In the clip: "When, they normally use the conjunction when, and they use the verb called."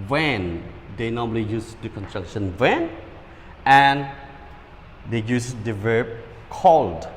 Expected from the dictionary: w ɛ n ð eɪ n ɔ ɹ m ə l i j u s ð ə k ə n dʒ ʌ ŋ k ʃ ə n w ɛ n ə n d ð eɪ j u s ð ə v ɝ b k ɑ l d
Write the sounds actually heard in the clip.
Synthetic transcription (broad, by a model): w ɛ n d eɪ n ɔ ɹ m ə l i j u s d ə k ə n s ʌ k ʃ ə n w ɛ n ə n d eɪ j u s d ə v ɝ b k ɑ l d